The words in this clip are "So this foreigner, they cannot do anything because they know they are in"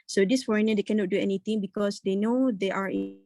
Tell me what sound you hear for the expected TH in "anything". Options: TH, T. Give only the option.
T